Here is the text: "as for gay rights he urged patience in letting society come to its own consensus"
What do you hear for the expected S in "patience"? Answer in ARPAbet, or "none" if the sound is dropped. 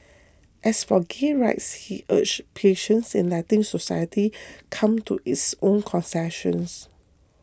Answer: S